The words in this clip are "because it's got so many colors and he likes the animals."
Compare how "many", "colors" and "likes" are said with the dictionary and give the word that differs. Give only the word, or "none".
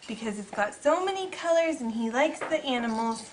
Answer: none